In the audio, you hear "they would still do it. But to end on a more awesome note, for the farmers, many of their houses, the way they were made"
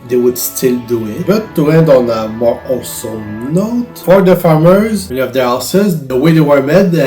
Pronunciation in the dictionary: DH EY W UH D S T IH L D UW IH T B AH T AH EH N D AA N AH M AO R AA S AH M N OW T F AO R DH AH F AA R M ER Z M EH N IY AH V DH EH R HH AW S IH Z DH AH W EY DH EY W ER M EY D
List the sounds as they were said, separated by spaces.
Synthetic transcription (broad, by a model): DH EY W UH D S T IH L D UW IH T B AH T AH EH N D AA N AH M AO R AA S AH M N OW T F AO R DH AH F AA R M ER Z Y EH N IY AH V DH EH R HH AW S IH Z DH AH W EY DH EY W ER M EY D